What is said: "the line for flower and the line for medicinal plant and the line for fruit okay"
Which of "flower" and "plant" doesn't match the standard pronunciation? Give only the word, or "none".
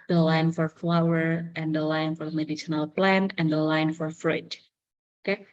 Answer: none